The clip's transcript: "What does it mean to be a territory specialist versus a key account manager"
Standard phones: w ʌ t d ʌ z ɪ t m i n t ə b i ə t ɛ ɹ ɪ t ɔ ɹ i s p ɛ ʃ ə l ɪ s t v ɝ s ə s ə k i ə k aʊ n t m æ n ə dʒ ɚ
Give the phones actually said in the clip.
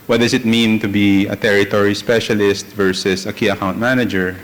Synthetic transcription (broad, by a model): w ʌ t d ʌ s ɪ t m i n t ə b i ə t ɛ ɹ ɪ t ɔ ɹ i s p ɛ ʃ ə l ɪ s t v ɝ s ə s ə k i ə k aʊ n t m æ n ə dʒ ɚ